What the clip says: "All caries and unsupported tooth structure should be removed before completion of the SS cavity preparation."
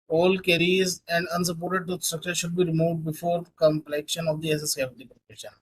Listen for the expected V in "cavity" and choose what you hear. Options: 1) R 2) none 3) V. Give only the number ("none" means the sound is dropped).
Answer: 2